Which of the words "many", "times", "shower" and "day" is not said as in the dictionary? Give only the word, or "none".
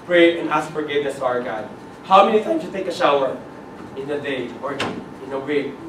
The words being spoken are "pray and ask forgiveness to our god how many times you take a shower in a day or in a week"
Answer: times